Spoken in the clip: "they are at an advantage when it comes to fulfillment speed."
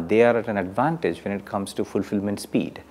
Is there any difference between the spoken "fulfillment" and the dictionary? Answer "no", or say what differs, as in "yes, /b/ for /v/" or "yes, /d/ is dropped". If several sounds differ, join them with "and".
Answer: no